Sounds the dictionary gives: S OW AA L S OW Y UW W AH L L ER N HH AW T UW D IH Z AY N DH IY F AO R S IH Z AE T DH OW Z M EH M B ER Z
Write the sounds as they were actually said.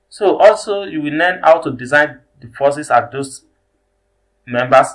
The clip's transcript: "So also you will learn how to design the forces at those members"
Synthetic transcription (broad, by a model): S OW AA L S OW Y UW W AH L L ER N HH AW T UW D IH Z AY N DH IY F AO S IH S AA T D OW S M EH M B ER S